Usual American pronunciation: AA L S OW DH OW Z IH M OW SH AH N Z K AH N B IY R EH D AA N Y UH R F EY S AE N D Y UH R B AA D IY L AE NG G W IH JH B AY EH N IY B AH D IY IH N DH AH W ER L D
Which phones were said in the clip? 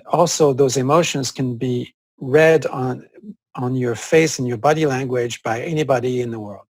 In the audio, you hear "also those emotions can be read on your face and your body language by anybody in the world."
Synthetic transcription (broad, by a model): AA L S OW DH OW Z IH M OW SH AH N Z K AH N B IY R EH D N N Y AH R F EY S N Y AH R B AA D IY L AE NG G W IH JH B AY EH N IY B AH D IY IH N DH AH W ER L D